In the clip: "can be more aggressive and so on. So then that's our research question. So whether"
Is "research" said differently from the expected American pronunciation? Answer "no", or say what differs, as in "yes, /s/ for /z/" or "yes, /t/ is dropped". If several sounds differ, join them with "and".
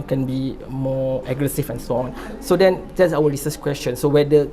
yes, /s/ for /tʃ/